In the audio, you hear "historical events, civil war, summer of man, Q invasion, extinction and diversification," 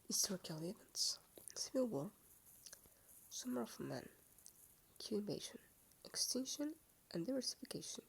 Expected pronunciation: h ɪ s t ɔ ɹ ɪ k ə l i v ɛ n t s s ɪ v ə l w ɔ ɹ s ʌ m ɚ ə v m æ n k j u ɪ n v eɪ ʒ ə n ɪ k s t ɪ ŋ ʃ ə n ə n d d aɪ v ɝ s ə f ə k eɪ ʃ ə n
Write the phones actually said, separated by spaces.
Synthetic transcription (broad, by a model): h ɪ s t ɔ ɹ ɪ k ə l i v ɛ n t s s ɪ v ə l w ɔ ɹ s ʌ m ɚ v m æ n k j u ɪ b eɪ ʃ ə n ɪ k s t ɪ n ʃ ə n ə n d d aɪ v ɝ s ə f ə k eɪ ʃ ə n